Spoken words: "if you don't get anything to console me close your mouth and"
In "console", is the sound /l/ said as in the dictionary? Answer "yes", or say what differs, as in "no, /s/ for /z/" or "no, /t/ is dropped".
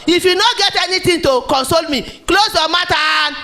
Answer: yes